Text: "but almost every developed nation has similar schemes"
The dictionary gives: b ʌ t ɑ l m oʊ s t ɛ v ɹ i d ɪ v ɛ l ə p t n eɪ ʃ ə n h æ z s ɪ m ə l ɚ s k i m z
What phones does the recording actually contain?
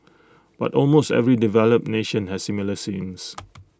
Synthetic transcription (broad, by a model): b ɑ t ɑ l m oʊ s t ɛ v ɹ i d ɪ v ɛ l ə p n eɪ ʃ ə n h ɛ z s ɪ m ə l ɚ s i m s